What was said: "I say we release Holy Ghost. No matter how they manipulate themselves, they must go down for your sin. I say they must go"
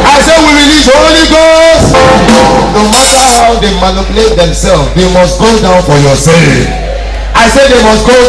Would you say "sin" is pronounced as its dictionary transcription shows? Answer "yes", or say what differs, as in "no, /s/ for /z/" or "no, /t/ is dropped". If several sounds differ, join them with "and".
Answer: no, /n/ is dropped